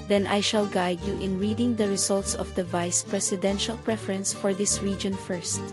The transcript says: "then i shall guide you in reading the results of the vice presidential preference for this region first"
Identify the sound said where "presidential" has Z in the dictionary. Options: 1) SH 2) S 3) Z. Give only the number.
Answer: 2